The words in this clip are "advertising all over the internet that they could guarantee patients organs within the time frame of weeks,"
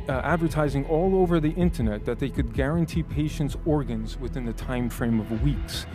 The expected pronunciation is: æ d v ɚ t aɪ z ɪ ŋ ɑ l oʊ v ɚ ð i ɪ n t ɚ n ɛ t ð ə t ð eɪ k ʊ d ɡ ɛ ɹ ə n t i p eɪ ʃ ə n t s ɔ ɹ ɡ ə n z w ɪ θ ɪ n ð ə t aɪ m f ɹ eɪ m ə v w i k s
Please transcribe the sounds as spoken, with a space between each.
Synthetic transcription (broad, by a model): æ d v ɚ t aɪ z ɪ ŋ ɑ l oʊ v ɚ ð i ɪ n t ɚ n ɛ t ð ə t ð eɪ k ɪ d ɡ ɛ ɹ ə n t i p eɪ ʃ ə n t s ɔ ɹ ɡ ə n z w ɪ θ ɪ n ð ə t aɪ m f ɹ eɪ m ə v w i k s